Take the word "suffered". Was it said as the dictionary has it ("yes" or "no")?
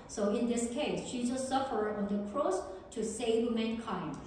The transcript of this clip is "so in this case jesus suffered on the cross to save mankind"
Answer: yes